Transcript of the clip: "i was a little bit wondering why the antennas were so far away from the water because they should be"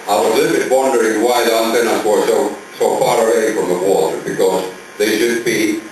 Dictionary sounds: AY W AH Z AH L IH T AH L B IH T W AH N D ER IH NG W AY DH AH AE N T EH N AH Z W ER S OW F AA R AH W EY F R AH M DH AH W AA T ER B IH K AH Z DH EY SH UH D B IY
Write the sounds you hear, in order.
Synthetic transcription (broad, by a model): AY W AH Z L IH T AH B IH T W AH N D ER IH NG W AY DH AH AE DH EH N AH S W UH S OW F AA R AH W EY F R AH M DH AH W AA T ER B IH K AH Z DH EY SH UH D B IY